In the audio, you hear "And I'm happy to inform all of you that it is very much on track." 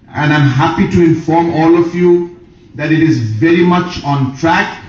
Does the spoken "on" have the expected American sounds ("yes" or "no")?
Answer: yes